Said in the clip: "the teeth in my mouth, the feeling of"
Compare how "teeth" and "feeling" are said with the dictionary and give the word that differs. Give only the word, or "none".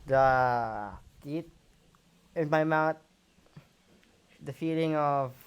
teeth